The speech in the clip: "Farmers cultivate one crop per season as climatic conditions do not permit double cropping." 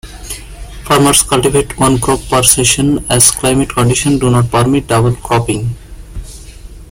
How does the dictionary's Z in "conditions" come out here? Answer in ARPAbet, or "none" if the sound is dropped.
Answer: none